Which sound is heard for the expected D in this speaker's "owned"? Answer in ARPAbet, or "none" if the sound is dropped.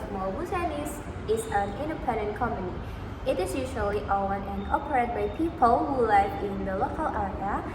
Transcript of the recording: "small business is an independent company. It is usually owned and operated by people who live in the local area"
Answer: none